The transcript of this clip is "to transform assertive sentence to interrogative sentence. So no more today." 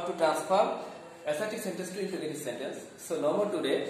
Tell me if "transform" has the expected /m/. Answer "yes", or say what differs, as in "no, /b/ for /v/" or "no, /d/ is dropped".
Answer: no, /m/ is dropped